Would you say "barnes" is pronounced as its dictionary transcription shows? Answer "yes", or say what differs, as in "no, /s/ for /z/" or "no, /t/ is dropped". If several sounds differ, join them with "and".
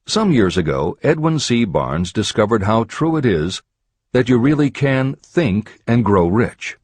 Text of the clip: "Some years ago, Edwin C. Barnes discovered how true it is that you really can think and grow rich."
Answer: yes